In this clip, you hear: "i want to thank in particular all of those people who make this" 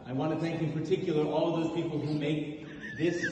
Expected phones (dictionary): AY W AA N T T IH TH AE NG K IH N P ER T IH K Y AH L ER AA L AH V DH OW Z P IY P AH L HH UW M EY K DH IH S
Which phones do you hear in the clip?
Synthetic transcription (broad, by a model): AY W AA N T T IH TH AE NG K IH N P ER T IH K Y L ER AA L AH V DH OW Z P IY P L HH UW M EY K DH IH S